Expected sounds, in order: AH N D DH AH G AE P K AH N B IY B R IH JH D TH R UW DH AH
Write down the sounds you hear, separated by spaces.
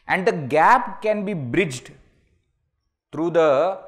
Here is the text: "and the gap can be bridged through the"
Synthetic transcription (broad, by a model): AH N D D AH G AE P K AH N B IY B R IH JH D T R UW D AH